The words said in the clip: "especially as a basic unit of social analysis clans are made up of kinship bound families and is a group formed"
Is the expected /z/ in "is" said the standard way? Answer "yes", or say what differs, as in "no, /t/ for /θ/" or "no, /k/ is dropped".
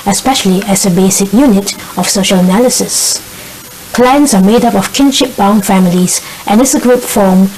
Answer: no, /s/ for /z/